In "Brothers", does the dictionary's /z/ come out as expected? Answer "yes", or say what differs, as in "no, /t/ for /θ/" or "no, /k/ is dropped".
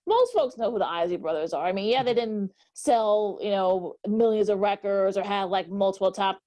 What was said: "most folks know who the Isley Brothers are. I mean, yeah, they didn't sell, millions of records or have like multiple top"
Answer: yes